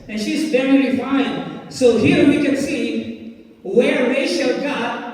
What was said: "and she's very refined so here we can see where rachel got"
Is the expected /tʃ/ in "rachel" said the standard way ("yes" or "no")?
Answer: no